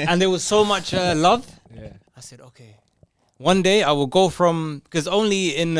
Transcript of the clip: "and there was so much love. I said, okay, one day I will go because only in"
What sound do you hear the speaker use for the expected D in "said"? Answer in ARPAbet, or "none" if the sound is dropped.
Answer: D